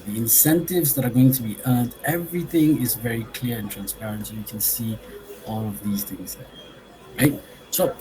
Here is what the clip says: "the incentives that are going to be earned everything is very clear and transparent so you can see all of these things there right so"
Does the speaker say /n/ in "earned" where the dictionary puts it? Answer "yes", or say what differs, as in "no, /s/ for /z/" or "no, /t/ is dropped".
yes